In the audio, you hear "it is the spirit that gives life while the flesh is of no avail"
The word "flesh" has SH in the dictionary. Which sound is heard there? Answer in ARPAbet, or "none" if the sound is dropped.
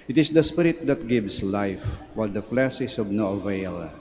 S